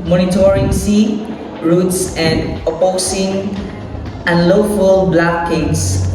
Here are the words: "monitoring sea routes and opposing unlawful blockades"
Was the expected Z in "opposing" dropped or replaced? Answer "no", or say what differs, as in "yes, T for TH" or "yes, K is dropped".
yes, S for Z